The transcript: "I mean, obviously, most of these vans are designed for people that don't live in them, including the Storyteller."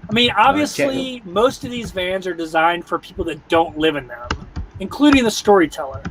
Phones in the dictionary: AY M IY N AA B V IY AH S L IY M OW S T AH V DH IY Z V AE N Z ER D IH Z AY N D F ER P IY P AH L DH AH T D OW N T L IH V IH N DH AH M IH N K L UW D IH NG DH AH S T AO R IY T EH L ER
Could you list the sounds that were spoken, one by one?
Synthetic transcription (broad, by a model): AY M IY N AA B V IY AH S L IY M OW S T AH V DH IY Z V AE N Z ER D IH Z AY N D F ER P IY P L DH AH T D OW N T L IH V IH N DH AH M IH N K L UW D IH NG DH AH S T AO R IY T EH L ER